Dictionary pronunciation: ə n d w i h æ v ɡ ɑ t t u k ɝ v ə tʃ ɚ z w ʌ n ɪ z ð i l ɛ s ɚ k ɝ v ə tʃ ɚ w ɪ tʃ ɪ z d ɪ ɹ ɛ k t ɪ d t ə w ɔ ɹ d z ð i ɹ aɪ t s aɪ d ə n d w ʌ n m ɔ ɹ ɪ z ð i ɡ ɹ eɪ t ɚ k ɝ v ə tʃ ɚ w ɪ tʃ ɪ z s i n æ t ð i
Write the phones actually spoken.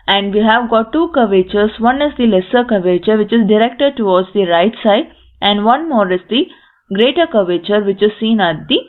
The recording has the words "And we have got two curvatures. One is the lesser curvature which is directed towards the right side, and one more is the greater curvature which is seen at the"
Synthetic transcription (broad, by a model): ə n d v i h æ v ɡ ɑ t t u k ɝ v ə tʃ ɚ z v ʌ n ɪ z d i l ɛ s ɚ k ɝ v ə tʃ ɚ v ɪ tʃ ɪ z d ɪ ɹ ɛ k t ɪ d t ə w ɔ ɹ d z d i ɹ aɪ t s aɪ d ə n d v ʌ n m ɔ ɹ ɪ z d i ɡ ɹ eɪ t ɚ k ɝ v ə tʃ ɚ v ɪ tʃ ɪ z s i n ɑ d i